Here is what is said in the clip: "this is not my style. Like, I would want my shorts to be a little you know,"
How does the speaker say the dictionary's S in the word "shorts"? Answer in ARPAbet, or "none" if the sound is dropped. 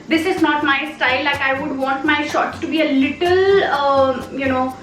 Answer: none